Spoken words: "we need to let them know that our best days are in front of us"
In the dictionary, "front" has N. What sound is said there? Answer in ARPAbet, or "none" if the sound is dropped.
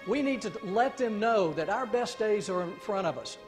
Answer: none